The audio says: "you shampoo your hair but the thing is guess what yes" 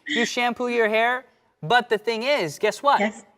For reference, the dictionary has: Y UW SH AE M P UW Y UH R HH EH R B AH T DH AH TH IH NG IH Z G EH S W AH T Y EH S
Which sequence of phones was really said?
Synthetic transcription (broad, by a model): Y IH SH AE M P UW Y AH R HH EH R B AH T DH AH TH IH NG IH Z G EH S W AH T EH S